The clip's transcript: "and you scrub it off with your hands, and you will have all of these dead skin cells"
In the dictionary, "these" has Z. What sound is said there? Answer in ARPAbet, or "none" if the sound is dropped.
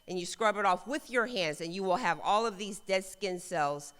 Z